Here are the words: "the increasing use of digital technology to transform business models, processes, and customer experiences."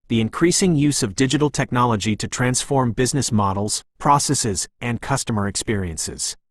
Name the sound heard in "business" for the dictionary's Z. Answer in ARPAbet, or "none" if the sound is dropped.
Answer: Z